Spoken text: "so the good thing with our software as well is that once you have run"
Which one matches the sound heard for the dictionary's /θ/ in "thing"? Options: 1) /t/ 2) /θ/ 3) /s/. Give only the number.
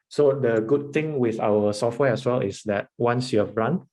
1